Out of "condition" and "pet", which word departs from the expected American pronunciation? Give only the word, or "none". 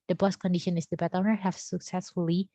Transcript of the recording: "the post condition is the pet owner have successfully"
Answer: pet